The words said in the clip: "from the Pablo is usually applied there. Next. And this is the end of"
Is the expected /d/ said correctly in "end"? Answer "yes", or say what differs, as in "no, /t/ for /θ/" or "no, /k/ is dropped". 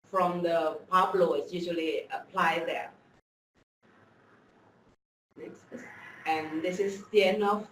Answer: no, /d/ is dropped